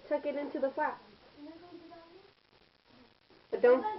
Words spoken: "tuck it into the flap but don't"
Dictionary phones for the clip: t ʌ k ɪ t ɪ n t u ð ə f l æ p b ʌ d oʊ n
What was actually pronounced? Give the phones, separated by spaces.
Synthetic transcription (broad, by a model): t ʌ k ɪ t ɪ n t u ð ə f ɑ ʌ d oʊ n